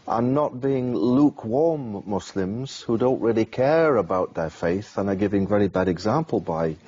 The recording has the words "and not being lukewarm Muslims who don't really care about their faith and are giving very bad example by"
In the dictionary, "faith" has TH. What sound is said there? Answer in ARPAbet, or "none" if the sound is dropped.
TH